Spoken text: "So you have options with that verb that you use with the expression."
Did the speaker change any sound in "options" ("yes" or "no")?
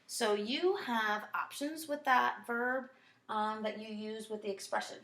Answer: no